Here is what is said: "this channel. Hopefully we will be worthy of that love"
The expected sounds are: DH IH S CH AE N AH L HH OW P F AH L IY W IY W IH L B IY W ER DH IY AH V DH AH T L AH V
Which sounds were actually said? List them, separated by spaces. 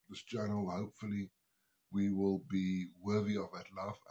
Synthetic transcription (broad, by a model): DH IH S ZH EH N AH L HH OW P F AH L IY W IY W IH L B IY W ER DH IY AH V DH AH T L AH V